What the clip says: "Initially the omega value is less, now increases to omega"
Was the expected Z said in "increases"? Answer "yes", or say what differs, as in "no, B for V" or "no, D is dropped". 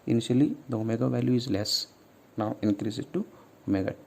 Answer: no, Z is dropped